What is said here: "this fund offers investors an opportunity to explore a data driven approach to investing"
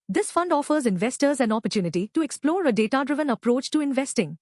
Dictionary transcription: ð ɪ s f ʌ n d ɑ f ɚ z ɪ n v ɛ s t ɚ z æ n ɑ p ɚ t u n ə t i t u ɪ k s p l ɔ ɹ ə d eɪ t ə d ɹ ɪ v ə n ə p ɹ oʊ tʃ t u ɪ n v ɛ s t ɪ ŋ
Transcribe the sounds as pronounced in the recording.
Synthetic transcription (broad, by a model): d ɪ s f ʌ n d ɑ f ɚ z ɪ n v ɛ s t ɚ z æ n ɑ p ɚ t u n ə t i t u ɪ k s p l ɔ ɹ ə d eɪ t ə d ɹ ɪ v ə n ə p ɹ oʊ tʃ t u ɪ n v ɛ s t ɪ ŋ